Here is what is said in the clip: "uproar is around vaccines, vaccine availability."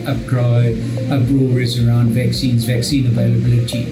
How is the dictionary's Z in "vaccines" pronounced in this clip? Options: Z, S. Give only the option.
Z